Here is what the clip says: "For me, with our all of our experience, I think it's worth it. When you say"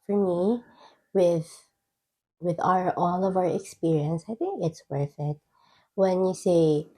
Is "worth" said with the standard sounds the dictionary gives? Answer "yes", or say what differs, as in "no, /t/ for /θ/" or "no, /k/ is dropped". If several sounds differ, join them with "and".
no, /f/ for /θ/